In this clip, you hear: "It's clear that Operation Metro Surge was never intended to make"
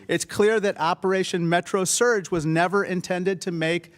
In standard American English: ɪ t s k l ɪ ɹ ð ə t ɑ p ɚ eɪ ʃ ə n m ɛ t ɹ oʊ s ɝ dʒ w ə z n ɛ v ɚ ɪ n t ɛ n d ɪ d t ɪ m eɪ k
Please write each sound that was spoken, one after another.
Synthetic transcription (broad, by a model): ɪ t s k l ɪ ɹ ð ə t ɑ p ɚ eɪ ʃ ə n m ɛ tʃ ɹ oʊ s ɝ dʒ w ə z n ɛ v ɚ ɪ n t ɛ n d ɪ d t ɪ m eɪ k